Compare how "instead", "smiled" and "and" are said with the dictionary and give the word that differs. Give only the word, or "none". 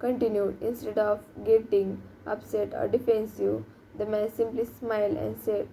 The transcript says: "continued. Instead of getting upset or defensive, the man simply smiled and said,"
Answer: smiled